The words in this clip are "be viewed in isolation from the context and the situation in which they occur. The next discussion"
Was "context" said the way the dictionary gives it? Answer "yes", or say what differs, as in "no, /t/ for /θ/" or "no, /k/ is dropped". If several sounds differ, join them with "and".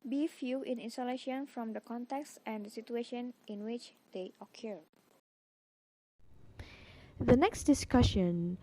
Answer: yes